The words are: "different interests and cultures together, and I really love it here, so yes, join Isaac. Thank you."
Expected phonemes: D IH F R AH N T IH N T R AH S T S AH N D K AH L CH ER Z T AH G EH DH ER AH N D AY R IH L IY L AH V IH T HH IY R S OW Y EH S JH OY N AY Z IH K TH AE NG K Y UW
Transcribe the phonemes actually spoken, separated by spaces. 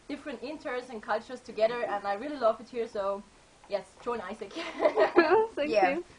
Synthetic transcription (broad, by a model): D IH F R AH N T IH N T AH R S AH N K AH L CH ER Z T AH G EH DH ER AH N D AY R IH L IY L AH V IH T HH IY R S OW Y EH S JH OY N AY S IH K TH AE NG Y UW